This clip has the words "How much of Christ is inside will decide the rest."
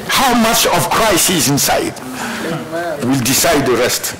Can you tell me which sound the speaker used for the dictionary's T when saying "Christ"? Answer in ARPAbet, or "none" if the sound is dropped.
none